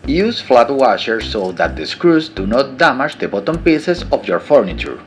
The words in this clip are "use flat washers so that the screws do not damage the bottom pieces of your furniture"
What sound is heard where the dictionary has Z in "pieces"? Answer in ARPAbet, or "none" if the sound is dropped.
S